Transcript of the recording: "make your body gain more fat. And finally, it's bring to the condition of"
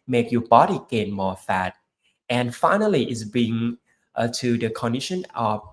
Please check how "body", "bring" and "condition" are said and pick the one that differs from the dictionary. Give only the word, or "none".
bring